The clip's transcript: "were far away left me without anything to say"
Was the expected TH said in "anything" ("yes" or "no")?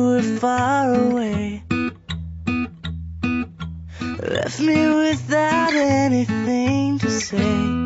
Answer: yes